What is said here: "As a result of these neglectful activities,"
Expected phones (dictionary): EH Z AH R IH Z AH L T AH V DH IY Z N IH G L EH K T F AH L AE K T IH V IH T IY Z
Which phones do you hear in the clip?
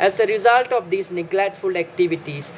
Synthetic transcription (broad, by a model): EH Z AH R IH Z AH L T AH V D IY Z N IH G L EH T F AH L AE K T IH V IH T IY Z